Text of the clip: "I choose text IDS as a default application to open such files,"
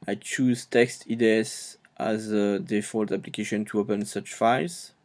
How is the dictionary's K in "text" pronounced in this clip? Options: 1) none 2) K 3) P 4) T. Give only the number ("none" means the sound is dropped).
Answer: 2